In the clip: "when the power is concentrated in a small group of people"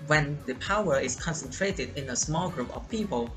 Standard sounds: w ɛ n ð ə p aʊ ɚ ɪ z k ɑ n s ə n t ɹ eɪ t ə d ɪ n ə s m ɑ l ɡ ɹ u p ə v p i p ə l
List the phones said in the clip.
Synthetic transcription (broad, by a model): w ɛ n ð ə p aʊ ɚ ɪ s k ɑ n s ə n t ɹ eɪ t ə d ɪ n ə s m ɑ l ɡ ɹ u p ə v p i p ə l